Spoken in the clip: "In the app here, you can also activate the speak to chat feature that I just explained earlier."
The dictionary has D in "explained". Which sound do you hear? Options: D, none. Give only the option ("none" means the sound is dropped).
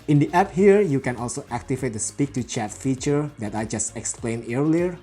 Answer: none